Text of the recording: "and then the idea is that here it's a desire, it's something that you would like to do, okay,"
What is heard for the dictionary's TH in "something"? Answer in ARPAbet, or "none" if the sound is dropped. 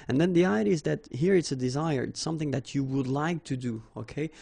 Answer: TH